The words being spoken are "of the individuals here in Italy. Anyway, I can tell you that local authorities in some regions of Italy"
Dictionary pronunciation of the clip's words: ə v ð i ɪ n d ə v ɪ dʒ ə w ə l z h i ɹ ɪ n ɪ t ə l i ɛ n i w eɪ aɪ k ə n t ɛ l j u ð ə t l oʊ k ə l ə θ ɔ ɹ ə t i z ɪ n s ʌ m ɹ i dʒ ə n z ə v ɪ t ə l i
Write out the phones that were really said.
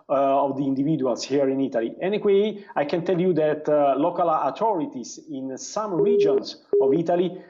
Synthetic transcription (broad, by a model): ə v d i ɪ n d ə v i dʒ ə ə l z h i ɹ ɪ n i t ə l i ɛ n i w eɪ aɪ k ə n t ɛ l j u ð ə t l oʊ k ə l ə t ɔ ɹ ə t i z ɪ n s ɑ m ɹ i dʒ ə n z ə v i t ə l i